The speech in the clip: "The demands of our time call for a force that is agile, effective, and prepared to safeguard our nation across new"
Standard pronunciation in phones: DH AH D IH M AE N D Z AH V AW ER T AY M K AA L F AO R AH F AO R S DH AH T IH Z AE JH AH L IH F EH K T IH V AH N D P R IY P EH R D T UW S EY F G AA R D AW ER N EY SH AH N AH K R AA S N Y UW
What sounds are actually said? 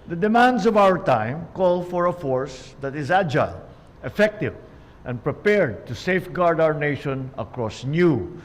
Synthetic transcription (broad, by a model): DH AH D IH M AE N D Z AH V AW ER T AY M K AA L F AO R AH F AO R S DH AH T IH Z AE JH AH L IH F EH K T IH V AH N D P R IY P EH R D T UW S EY F G AA R D AW ER N EY SH AH N AH K R AA S N Y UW